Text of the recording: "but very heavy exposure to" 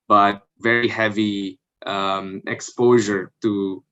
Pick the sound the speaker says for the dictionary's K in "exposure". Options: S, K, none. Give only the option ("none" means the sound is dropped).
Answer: K